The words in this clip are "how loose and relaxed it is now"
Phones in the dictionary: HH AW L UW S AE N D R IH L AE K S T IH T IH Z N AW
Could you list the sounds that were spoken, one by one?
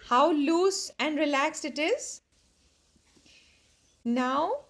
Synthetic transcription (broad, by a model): HH AW L UW S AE N D R IH L AE K S T IH T IH Z N AW